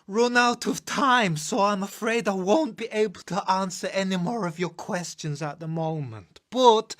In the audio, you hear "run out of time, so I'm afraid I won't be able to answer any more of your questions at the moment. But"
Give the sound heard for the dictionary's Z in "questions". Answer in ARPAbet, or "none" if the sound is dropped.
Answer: Z